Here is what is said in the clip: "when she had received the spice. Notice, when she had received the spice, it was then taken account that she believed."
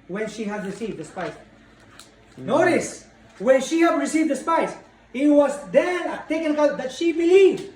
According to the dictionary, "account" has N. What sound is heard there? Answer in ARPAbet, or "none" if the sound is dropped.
none